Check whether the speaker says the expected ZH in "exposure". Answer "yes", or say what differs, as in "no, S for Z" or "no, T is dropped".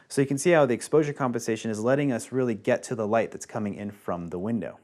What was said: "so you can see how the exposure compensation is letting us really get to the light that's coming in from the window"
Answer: yes